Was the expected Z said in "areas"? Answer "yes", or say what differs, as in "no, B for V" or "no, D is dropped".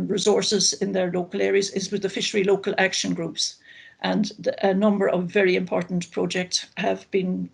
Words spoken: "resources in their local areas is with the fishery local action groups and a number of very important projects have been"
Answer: yes